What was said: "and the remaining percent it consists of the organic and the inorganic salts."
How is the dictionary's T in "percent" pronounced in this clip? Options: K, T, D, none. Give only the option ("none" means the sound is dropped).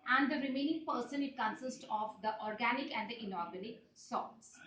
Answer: none